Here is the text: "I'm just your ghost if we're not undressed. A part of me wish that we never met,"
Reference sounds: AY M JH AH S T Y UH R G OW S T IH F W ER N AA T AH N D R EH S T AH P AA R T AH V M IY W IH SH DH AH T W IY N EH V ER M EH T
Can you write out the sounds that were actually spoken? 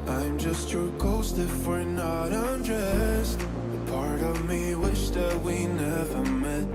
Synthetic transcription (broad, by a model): AY M JH AH S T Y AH R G OW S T IH F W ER N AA T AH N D R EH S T P AA R T AH V M IY W IH SH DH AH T W IY N EH V ER M EH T